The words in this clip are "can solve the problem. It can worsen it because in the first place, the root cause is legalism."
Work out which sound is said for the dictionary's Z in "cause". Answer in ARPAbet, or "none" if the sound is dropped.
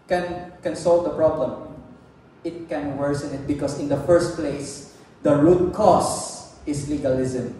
S